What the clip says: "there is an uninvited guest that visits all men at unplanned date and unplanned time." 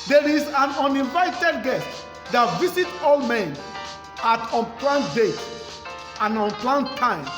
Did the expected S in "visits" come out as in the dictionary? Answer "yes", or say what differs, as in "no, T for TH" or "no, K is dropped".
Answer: no, S is dropped